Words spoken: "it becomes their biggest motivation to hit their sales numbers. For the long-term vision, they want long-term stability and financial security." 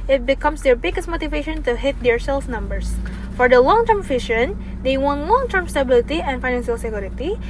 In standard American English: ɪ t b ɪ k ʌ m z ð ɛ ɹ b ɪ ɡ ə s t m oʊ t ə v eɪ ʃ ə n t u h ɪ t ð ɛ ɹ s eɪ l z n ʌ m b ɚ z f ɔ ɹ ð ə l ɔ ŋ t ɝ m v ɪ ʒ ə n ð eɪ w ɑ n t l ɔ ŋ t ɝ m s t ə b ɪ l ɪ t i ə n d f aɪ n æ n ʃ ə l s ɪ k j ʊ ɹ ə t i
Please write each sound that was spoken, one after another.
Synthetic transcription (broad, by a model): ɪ t b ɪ k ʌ m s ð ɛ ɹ b ɪ ɡ ə s t m oʊ t ə v eɪ ʃ ə n t u h ɪ t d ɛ ɹ s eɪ l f n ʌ m b ɚ s f ɔ ɹ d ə l ɔ ŋ t ɝ m f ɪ ʃ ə n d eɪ w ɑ n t l ɔ ŋ t ɝ m s t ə b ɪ l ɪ t i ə n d f aɪ n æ n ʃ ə l s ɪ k j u ɹ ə t i